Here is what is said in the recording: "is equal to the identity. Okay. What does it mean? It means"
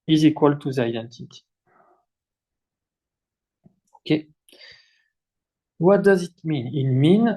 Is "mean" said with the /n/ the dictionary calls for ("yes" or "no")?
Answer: yes